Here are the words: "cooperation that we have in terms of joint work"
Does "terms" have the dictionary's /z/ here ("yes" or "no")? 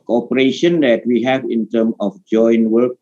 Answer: no